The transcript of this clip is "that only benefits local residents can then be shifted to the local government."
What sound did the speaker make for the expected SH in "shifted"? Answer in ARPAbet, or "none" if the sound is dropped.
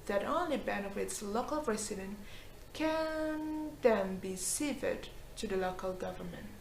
S